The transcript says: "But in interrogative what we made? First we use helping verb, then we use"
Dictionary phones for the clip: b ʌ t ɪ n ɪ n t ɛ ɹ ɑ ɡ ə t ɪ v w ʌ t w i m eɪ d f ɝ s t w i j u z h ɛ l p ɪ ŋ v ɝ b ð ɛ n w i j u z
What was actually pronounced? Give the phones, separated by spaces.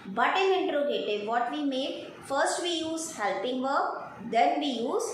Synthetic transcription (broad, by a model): b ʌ t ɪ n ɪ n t ɹ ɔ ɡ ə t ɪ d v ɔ t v i m eɪ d f ɝ s t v i j u z h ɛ l p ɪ ŋ v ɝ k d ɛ n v i j u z